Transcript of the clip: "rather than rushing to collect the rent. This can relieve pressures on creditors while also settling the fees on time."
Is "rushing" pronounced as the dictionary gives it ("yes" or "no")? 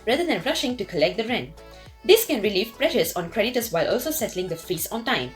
yes